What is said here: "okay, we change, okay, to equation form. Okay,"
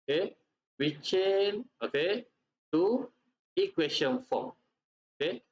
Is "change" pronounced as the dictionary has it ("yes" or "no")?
no